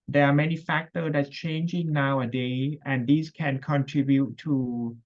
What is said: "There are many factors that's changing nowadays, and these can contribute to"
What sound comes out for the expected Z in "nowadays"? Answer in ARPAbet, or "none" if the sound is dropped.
none